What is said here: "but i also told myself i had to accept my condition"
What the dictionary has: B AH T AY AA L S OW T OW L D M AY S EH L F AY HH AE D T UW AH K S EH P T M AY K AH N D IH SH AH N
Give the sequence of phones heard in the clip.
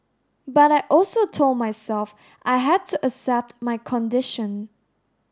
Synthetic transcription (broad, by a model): B AH T AY AA L S OW T OW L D M AY S EH L F AY HH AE D T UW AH S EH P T M AY K AH N D IH SH AH N